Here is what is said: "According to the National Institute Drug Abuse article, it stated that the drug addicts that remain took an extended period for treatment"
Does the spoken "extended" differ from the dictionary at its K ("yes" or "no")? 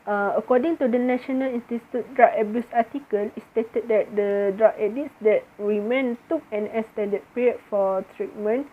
yes